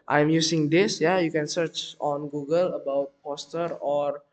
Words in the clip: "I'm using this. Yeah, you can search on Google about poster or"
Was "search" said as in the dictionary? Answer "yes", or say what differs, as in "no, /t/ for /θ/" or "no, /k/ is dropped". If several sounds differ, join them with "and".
yes